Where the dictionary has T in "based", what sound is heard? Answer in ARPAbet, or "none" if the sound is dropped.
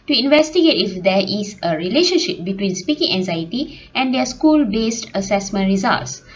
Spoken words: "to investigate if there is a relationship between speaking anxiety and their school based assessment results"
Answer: T